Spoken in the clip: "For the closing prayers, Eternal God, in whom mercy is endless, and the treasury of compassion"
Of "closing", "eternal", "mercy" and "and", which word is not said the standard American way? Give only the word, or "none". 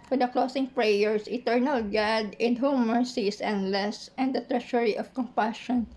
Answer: closing